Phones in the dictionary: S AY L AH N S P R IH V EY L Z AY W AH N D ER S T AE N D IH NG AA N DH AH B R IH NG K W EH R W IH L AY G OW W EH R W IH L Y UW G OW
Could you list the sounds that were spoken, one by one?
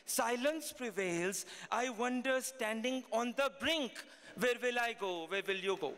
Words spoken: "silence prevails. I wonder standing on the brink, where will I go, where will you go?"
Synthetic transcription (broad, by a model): S AY L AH N S P R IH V EY L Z AY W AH N D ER S T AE N D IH NG AA N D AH B R IH NG K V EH R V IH L AY G OW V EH R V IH L Y UW G OW